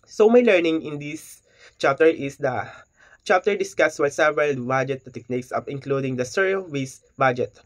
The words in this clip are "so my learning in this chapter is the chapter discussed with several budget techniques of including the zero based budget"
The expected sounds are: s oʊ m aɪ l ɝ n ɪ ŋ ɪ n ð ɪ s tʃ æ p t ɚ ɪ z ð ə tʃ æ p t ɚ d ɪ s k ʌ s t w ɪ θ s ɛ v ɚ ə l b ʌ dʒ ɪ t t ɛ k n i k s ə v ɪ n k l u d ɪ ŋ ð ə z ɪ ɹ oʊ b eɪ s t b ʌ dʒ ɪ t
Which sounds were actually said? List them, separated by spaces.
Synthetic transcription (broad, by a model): s oʊ m aɪ l ɝ n ɪ ŋ ɪ n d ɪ s tʃ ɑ p t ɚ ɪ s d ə tʃ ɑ p t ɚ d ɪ s k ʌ s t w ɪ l s ɛ v ɚ ə l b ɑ dʒ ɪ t t ɛ k n i k s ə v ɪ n k l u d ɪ ŋ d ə s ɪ ɹ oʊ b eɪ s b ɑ dʒ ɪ t